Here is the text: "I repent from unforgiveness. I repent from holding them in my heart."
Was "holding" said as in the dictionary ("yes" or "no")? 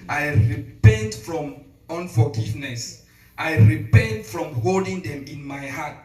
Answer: yes